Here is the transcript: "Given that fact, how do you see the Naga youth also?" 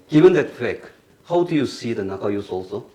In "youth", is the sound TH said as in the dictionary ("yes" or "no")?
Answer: no